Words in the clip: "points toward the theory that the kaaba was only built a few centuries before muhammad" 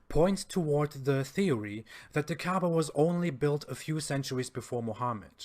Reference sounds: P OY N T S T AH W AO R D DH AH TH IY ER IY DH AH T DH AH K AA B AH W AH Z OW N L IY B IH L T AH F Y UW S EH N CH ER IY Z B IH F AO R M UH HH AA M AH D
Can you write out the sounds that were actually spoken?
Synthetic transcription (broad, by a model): P OY N T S T AH W AO R D DH AH TH IY ER IY DH AH T DH AH K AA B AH W AH Z OW N L IY B IH L T AH F Y UW S EH N CH ER IY Z B IH F AO R M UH HH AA M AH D